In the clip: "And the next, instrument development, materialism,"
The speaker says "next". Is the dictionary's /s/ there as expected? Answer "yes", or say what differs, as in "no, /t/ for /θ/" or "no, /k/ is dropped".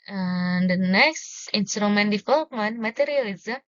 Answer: yes